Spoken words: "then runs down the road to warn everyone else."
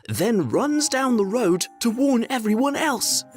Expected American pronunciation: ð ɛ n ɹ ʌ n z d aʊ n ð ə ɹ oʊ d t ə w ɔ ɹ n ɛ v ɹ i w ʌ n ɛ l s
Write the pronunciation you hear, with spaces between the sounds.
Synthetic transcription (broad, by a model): ð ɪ n ɹ ʌ n z d aʊ n ð ə ɹ oʊ d t ə w ɔ ɹ n ɛ v ɹ i w ʌ n ɛ l s